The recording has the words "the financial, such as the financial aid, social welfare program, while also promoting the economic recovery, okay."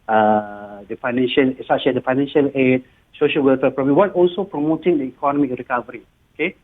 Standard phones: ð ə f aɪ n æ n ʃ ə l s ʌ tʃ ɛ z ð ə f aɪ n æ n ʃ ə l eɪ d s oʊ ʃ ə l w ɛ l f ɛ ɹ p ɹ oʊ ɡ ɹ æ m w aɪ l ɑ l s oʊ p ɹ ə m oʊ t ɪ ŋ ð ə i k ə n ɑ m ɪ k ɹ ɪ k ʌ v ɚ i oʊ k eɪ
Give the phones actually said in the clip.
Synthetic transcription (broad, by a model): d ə f aɪ n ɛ n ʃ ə l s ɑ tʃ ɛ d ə f aɪ n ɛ n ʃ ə l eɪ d s oʊ ʃ ə l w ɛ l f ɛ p ɹ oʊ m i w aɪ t ɑ l s oʊ p ɹ ə m oʊ t ɪ ŋ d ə i k ə n ɑ m ɪ k ɹ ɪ k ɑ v ɚ i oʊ k eɪ